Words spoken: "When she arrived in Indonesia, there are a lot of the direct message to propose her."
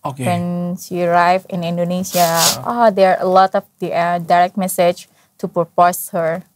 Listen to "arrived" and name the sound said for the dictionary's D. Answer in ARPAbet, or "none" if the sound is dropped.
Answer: none